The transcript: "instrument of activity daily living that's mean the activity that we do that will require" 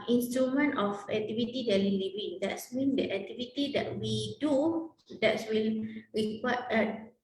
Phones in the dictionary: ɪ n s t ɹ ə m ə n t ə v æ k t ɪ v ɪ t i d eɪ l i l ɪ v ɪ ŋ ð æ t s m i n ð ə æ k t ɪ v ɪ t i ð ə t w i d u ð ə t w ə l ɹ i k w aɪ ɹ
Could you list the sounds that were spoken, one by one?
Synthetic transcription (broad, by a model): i n s t ɹ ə m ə n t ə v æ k t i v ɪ t i d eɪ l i l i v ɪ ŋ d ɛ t s m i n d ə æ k t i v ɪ t i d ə t w i d u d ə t w ə l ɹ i k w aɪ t